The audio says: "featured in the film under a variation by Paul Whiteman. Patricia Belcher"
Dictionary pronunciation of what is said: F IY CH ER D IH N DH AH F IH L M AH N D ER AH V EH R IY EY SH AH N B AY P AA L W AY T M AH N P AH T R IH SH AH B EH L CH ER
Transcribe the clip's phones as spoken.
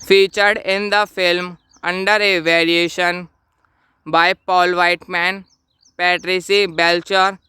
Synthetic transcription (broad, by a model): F IY CH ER D IH N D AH F IH L M AH N D ER AH V EH R IY EY SH AH N B AY P AA L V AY T M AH N P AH T R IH S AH B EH L CH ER